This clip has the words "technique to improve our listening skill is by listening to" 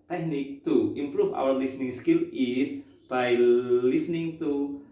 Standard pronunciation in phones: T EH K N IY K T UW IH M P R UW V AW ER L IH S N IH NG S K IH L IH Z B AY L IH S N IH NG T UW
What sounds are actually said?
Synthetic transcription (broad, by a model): T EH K N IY K T UW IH M P R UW F AW ER L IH S N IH NG S K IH L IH S B AY L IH S N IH NG T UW